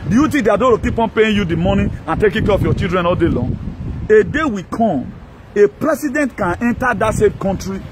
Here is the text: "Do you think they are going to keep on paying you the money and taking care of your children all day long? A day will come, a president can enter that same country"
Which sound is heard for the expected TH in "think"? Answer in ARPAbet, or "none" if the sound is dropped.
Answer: T